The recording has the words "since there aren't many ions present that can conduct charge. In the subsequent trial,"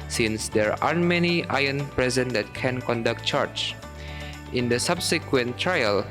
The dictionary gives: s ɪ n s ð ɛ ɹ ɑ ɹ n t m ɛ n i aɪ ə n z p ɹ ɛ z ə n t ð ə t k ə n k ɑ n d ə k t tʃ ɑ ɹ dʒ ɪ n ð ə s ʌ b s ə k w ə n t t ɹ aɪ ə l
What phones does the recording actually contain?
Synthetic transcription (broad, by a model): s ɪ n s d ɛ ɹ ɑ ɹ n m ɛ n i aɪ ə n p ɹ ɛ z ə n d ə t k ə n k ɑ n d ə k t tʃ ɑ ɹ tʃ ɪ n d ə s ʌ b s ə k w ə n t t ɹ aɪ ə l